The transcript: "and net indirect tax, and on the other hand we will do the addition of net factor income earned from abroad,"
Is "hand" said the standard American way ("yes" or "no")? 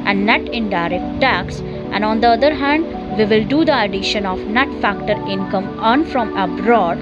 yes